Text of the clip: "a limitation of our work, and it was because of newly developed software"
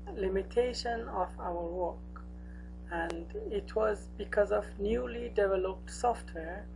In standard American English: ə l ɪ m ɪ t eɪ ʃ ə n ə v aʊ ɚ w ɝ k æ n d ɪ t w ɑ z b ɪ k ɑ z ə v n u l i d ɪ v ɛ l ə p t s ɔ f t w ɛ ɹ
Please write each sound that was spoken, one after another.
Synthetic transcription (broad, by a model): l ɪ m ɪ t eɪ ʃ ə n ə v aʊ ɚ w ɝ k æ n d ɪ t w ɑ z b ɪ k ɑ z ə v n u l i d ɪ v ɛ l ə p t s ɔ f t w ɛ ɹ